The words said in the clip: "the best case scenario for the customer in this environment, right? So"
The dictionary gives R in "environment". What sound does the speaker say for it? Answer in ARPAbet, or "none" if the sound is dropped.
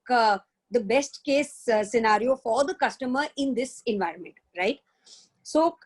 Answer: R